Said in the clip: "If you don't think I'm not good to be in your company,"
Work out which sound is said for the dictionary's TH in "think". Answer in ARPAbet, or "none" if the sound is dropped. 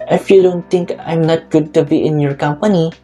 T